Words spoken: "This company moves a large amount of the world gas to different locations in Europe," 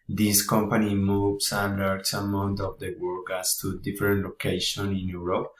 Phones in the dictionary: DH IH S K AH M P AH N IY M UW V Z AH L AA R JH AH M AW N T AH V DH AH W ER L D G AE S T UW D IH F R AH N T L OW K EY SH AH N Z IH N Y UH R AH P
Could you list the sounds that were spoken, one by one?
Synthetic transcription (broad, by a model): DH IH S K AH M P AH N IY M UW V S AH L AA R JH AH M AW N T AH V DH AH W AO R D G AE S T UW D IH F R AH N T L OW K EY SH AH N IH N Y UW R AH P